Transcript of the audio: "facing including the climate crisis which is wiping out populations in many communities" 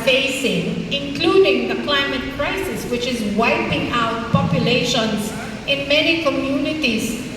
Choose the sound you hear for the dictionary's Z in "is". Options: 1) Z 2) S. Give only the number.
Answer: 1